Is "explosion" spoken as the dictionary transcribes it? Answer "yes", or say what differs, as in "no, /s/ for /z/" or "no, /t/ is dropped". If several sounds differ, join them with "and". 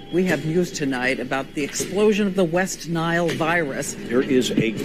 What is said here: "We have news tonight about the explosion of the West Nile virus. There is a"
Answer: yes